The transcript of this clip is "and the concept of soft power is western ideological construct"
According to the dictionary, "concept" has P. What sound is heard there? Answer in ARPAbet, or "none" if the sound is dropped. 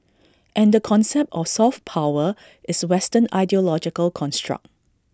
P